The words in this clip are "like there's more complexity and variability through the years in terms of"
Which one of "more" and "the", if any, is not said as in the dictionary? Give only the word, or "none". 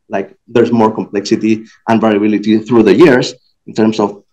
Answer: none